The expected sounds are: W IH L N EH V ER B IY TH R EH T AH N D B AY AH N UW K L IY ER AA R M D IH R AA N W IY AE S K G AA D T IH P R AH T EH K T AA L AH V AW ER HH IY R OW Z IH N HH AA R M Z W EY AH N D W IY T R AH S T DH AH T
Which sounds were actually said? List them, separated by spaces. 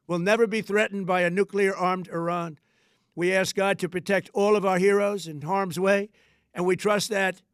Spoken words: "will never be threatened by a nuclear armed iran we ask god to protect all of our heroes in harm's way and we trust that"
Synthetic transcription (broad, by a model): W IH L N EH V ER B IY TH R EH T N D B AY AH N UW K L IY ER AA R M D IH R AA N W IY AE S K G AA D T IH P R AH T EH K T AA L AH V AW ER HH IY R OW Z IH N HH AA R M Z W EY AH N W IY T R AH S T DH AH T